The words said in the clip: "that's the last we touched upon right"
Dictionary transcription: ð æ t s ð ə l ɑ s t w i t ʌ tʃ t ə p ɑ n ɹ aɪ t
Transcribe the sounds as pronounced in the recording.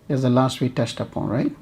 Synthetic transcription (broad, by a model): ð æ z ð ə l ɑ s t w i t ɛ s t ə p ɑ n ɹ aɪ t